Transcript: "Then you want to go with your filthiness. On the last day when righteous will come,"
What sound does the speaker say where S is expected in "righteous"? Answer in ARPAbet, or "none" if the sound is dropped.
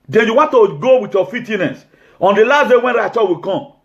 none